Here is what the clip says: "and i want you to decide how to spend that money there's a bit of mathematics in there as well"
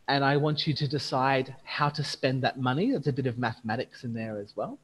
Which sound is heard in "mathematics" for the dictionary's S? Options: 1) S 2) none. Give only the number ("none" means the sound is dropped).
1